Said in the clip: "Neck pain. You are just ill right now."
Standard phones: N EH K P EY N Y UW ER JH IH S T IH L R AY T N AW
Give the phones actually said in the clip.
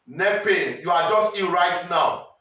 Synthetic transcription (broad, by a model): N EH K P EY N Y UW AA JH IH S T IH N R AY T N AW